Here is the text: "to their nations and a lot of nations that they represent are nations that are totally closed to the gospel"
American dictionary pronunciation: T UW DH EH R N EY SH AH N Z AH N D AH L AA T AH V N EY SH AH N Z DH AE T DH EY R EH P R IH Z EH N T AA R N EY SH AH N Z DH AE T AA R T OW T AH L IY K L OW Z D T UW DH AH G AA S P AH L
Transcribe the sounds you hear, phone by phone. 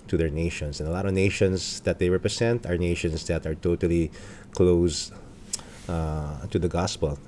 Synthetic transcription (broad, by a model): T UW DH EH R N EY SH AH N S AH N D AH L AA T AH V N EY SH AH N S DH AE T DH EY R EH P R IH S EH N T AA R N EY SH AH N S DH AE T AA R T OW T AH L IY K L OW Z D T UW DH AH G AA S P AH L